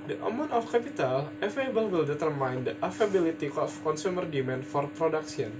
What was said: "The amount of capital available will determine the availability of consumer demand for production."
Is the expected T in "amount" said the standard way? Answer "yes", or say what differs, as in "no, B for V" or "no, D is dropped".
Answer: no, T is dropped